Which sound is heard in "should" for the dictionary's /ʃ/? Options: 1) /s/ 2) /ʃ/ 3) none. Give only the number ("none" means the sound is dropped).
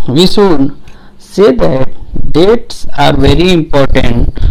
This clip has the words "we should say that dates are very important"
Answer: 1